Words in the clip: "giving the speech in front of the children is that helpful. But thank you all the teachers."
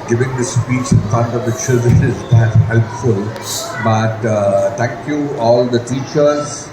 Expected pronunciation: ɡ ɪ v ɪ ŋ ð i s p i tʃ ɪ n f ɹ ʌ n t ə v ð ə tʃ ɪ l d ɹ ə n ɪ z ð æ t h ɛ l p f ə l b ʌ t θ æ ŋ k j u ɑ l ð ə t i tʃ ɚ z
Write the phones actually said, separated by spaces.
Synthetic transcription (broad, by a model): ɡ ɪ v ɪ ŋ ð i s p i tʃ ɪ n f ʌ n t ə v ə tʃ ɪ d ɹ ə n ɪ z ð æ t h ɛ l p f ə l b ʌ t t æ ŋ k j u ɑ l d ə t i tʃ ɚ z